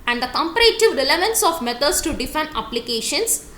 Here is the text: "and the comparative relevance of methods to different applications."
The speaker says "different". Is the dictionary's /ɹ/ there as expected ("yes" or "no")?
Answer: no